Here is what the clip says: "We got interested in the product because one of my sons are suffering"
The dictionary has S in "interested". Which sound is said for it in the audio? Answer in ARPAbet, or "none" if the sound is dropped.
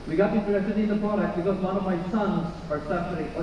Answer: none